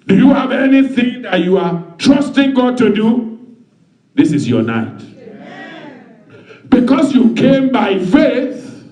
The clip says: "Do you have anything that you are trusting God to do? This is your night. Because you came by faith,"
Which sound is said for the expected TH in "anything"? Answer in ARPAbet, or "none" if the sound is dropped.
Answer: TH